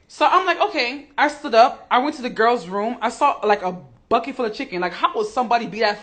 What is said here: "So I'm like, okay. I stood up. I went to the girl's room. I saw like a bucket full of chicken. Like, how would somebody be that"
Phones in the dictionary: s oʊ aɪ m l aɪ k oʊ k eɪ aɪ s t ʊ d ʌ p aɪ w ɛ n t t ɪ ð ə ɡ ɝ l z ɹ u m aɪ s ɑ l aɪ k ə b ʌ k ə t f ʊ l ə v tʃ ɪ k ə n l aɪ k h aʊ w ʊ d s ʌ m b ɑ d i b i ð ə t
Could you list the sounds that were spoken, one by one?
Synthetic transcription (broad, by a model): s oʊ aɪ m l aɪ k oʊ k eɪ aɪ s t ʊ d ʌ p aɪ w ɛ n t t ɪ ð ə ɡ ɝ l z ɹ u m aɪ s ɑ l aɪ k ə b ʌ k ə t f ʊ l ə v tʃ ɪ k ə n l aɪ k h aʊ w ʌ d s ʌ m b ɑ d i b i ð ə t